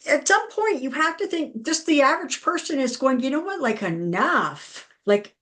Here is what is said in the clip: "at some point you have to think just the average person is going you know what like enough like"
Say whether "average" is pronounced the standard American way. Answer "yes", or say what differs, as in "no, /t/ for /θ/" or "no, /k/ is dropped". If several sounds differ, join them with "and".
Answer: yes